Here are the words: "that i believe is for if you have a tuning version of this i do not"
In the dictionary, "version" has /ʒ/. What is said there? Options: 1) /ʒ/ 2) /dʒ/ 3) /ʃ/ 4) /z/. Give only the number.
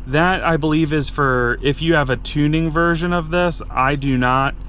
1